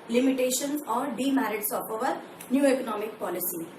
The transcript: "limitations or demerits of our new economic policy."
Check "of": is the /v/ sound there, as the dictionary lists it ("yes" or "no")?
no